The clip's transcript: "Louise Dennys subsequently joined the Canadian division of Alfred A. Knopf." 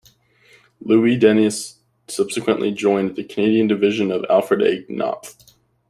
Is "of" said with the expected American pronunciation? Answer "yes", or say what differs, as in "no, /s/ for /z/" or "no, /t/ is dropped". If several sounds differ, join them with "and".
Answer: yes